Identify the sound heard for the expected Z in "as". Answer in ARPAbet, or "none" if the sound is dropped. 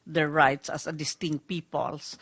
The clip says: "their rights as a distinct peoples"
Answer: S